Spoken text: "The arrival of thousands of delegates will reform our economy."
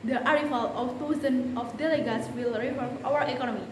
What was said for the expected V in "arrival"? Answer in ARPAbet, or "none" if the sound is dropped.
F